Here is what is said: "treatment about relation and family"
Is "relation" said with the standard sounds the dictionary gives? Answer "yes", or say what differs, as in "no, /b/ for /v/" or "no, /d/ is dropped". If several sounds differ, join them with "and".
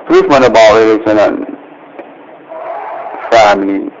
no, /s/ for /ʃ/